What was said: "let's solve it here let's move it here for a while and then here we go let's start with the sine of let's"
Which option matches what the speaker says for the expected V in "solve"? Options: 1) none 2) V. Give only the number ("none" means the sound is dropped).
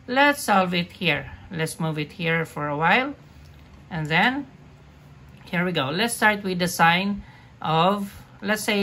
2